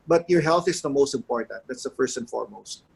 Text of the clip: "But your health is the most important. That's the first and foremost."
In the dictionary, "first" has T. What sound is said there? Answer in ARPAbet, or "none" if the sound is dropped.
T